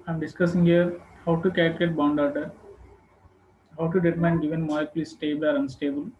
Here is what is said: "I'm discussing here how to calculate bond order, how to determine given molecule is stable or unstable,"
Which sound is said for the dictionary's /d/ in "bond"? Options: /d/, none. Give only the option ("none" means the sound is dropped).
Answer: /d/